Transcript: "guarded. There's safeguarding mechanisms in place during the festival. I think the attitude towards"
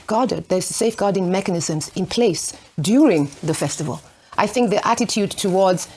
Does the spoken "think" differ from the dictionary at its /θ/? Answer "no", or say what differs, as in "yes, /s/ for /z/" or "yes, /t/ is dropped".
no